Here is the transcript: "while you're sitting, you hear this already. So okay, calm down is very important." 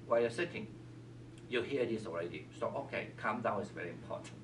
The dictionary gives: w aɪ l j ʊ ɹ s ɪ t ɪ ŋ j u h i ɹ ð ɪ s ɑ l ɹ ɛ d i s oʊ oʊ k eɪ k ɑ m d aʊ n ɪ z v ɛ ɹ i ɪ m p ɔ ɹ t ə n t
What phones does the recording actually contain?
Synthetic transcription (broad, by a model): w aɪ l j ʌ s ɪ t ɪ ŋ j u h i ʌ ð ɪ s ɑ l ɹ ɛ d i s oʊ oʊ k eɪ k ɑ m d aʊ ɪ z v ɛ ɹ i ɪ m p ɔ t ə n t